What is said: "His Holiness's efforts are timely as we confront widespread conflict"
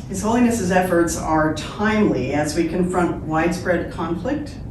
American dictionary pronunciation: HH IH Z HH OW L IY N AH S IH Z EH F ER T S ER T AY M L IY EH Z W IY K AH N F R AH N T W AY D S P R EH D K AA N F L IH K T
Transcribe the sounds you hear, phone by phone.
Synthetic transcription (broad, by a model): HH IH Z HH OW L IY N AH S IH Z EH F ER T S ER T AY M L IY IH Z W IY K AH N F R AH N T W AY D S P R EH D K AA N F L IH K T